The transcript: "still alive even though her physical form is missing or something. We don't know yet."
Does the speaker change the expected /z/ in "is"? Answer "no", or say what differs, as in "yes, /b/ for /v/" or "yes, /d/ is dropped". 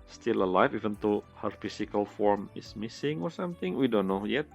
yes, /s/ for /z/